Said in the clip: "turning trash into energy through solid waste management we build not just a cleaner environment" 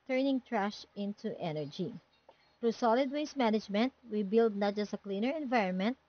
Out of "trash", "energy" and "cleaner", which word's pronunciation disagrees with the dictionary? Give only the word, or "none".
none